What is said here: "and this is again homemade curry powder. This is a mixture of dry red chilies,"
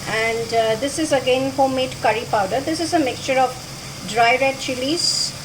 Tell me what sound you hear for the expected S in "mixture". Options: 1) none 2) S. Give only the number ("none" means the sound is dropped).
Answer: 2